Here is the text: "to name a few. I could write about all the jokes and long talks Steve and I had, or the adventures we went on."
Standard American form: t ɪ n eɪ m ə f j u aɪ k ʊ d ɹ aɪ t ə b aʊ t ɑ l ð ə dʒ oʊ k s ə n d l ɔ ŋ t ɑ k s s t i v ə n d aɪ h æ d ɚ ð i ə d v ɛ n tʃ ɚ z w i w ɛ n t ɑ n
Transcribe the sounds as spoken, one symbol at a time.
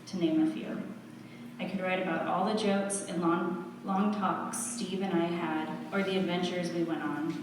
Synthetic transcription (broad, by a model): t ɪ n eɪ m ə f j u aɪ k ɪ d ɹ aɪ t ə b aʊ t ɑ l ð ə dʒ oʊ k s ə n l ɔ ŋ t ɑ k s s t i v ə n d aɪ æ d ɚ ð i ə d v ɛ n tʃ ɚ z w i w ɛ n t n